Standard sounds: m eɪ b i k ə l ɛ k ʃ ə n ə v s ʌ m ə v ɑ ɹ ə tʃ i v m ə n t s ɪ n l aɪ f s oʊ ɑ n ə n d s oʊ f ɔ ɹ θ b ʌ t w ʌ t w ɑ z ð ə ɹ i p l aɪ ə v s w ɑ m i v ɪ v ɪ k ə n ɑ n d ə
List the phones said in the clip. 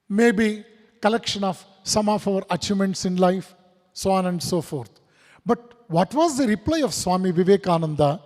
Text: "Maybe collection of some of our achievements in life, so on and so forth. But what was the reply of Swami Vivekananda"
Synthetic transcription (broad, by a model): m eɪ b i k ə l ɛ k ʃ ə n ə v s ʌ m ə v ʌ ɹ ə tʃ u m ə n t s ɪ n l aɪ f s oʊ ɑ n ə n d s oʊ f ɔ ɹ t b ʌ t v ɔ t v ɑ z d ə ɹ i p l aɪ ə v s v ɑ m i v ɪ v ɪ k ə n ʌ n d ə